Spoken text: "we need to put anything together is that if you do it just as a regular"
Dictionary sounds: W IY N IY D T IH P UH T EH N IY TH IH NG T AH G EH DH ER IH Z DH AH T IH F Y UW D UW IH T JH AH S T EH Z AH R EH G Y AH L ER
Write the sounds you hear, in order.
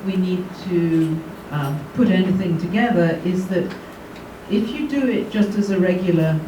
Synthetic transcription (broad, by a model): W IY N IY D T IH P UH T EH N IY TH IH NG T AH G EH DH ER IH Z DH AH T IH F Y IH D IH IH T JH AH S T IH Z AH R EH G Y L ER